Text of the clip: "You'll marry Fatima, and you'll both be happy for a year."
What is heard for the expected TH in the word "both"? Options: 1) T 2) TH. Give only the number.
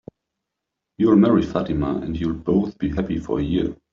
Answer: 2